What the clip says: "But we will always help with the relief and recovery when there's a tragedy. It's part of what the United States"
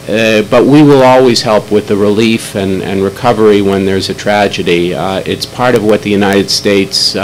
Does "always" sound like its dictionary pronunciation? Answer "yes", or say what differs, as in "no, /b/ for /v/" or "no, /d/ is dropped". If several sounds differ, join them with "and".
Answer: yes